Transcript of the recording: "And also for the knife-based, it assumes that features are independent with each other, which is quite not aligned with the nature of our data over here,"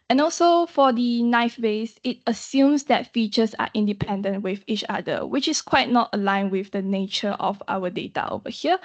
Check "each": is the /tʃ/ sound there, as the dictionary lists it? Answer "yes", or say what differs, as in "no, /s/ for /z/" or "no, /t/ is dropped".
yes